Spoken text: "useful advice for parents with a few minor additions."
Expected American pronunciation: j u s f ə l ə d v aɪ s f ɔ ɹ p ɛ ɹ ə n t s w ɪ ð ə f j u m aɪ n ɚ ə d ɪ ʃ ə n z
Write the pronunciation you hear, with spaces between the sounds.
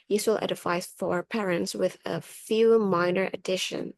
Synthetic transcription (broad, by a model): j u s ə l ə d f aɪ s f ɔ ɹ p ɛ ɹ ə n t s w ɪ ð ə f j u m aɪ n ɚ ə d ɪ ʃ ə n